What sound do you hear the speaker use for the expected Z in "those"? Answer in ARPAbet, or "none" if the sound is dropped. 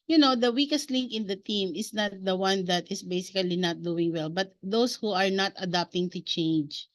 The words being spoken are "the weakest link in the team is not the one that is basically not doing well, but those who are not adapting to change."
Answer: S